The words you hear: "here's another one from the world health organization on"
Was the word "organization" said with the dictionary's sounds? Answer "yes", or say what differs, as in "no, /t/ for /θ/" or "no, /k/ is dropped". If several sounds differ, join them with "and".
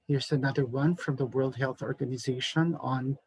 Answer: yes